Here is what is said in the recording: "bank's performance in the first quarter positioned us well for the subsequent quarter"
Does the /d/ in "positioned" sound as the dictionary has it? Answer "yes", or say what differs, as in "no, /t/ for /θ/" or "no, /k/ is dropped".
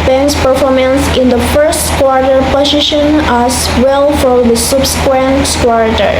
no, /d/ is dropped